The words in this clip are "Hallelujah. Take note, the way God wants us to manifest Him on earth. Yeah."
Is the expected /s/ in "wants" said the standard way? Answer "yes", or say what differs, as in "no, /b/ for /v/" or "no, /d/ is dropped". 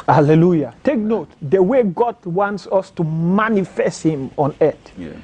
yes